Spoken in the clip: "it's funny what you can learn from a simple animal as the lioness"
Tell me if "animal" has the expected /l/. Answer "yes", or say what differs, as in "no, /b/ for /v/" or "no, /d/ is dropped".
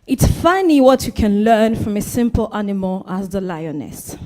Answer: yes